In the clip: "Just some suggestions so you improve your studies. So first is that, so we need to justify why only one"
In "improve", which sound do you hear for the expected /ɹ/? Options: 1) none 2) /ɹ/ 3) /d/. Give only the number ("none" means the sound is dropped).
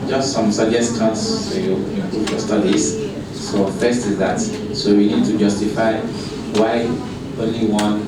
1